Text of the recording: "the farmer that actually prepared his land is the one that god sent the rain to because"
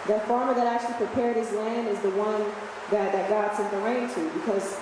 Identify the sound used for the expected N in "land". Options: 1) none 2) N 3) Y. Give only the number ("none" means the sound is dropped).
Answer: 2